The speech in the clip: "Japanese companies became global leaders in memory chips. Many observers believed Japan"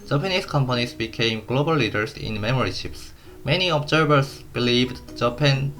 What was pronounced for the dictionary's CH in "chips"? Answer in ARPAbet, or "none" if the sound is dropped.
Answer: SH